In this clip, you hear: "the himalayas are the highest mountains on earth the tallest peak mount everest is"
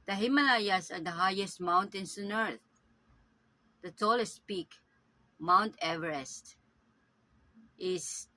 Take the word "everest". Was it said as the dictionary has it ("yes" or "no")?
yes